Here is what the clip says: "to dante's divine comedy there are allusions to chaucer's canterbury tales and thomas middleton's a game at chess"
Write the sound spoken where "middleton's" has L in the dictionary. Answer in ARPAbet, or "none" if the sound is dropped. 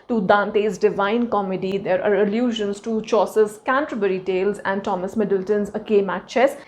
L